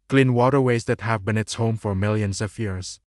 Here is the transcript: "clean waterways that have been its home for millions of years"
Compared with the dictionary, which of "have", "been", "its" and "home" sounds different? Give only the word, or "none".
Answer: none